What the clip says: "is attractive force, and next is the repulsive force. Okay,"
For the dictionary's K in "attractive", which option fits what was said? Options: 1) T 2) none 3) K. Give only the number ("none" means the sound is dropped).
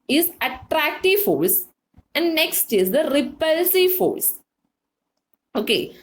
3